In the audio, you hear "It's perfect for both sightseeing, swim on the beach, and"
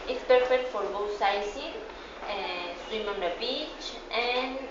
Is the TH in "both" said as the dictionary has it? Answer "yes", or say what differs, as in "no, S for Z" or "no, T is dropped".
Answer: no, T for TH